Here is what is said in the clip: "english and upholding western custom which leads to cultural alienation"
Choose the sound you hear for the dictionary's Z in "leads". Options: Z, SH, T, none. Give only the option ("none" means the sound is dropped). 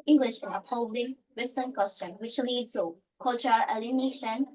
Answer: none